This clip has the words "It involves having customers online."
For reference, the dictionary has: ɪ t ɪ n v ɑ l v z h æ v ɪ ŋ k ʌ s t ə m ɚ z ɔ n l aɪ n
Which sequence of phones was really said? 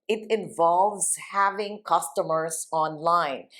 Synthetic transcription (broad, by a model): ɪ t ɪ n v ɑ l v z h æ v ɪ ŋ k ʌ s t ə m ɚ s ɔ n l aɪ n